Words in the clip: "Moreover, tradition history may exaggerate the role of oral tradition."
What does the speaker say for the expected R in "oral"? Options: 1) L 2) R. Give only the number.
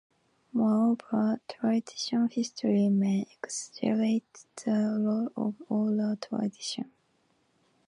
1